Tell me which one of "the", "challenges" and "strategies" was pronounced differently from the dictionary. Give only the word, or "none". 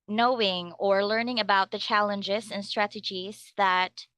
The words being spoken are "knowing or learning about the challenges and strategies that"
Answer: none